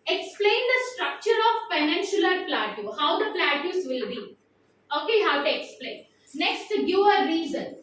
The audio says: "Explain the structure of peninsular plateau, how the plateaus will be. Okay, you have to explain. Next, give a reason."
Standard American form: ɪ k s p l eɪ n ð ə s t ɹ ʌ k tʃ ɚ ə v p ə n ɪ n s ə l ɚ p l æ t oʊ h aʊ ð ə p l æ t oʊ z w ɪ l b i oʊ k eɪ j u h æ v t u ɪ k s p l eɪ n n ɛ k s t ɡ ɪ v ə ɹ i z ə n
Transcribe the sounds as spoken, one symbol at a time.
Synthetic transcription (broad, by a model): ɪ k s p l eɪ n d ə s t ɹ ʌ k tʃ ɚ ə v f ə n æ n ʃ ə l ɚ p l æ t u h aʊ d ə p l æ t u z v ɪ l b i oʊ k eɪ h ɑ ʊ t u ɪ k s p l eɪ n n ɛ k s t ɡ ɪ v ə ɹ i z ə n